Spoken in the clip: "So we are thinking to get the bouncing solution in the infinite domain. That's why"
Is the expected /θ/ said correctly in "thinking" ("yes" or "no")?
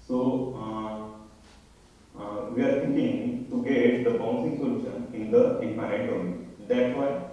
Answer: no